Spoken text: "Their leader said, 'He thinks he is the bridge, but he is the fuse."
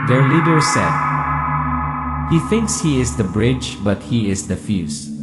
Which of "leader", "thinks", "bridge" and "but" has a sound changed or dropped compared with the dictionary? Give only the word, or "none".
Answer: none